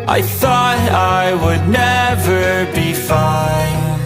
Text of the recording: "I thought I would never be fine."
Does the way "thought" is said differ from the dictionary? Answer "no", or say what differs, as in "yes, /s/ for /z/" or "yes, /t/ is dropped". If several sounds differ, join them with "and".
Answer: no